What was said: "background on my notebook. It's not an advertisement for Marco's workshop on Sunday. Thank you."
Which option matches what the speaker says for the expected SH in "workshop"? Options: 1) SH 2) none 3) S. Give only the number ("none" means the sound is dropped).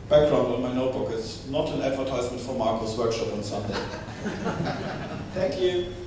1